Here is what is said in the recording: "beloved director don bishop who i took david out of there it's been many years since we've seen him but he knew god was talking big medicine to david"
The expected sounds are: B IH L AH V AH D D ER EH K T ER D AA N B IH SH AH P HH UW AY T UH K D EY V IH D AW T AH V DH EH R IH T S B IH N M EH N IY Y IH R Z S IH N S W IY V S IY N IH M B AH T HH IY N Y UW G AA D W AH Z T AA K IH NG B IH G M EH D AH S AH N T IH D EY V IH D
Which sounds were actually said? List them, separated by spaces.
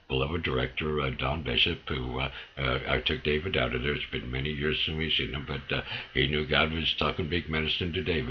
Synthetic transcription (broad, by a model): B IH L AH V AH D D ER EH K T ER D AA N B IH SH AH P HH UW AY T UH K D EY V IH D AW T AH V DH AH R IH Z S B IH N M EH N IY Y IH R Z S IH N W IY S IY N IH M B AH T HH IY N Y UW G AA D W AH Z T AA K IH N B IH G M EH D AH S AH N T IH D EY IH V